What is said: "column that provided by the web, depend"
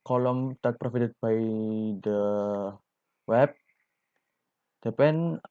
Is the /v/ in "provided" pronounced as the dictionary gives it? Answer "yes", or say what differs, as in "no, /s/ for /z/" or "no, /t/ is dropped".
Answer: no, /f/ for /v/